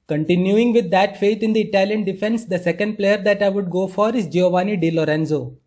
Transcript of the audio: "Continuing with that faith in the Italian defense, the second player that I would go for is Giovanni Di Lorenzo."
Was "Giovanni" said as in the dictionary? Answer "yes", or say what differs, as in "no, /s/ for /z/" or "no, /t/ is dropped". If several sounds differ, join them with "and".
yes